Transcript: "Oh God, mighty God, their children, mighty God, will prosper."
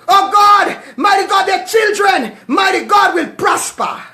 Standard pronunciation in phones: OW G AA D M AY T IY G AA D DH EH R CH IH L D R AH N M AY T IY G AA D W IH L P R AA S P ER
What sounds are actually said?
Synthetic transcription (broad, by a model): OW G AA D M AY T IY G AA D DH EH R CH IH L D R AH N M AY T IY G AA D W IH L P R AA S P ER